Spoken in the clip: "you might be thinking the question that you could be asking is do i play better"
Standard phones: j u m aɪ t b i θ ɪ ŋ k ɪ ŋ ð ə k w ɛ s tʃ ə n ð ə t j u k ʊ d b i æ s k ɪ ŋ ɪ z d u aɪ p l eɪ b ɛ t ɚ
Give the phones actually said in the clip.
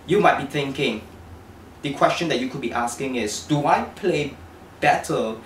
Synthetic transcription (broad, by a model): j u m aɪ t b i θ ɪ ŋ k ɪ ŋ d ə k w ɛ s tʃ ə n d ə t j u k ʊ d b i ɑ s k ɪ ŋ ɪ s d u aɪ p l eɪ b ɛ t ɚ